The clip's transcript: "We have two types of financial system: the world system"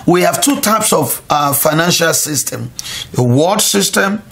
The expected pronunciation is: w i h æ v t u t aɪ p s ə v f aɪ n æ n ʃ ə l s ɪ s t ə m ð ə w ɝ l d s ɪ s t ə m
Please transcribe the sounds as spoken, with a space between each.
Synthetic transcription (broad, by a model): w i h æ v t u t aɪ p s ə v f aɪ n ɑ n ʃ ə l s ɪ s t ə m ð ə w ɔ d s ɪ s t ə m